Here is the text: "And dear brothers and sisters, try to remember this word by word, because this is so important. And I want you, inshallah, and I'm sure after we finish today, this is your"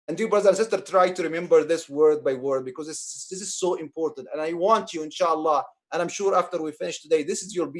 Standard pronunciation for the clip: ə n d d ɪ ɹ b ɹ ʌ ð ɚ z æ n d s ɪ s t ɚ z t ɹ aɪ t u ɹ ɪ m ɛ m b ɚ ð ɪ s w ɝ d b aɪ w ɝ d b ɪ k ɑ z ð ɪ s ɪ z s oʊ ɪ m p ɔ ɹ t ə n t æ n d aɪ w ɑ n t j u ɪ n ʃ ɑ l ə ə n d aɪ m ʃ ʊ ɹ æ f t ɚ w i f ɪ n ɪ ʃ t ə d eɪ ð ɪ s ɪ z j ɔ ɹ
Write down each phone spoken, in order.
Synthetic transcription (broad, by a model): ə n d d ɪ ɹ b ɹ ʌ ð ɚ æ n s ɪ s t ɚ t ɹ aɪ t u ɹ ɪ m ɛ m b ɚ ð ɪ s w ɝ d b aɪ w ɝ d b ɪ k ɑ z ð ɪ s ɪ z s oʊ ɪ m p ɔ ɹ t ə n t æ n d aɪ w ɑ n t j u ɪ n ʃ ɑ l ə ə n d aɪ m ʃ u ɹ æ f t ɚ w i f ɪ n ɪ ʃ t ə d eɪ ð ɪ s ɪ z j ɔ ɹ